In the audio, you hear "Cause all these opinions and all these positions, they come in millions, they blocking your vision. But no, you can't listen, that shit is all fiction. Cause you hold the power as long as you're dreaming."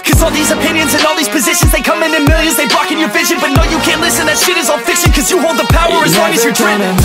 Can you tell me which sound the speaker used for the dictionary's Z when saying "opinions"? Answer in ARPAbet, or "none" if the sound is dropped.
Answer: Z